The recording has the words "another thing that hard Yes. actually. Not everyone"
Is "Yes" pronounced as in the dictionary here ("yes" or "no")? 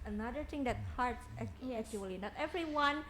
no